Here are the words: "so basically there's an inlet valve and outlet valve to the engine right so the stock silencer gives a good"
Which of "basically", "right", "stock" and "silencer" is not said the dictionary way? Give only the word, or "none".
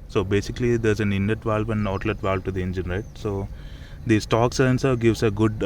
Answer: silencer